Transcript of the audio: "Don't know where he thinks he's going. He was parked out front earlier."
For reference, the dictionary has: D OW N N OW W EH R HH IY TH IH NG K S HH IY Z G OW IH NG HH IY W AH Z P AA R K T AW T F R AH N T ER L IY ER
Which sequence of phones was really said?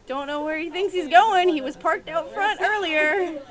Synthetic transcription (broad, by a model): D OW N N OW W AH R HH IY TH IH NG K S HH IY Z G OW IH NG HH IY W AH Z P AA R K T AW T F R AH N T ER L IY ER